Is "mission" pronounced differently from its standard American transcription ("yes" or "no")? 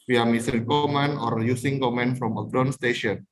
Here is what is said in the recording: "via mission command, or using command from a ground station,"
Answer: yes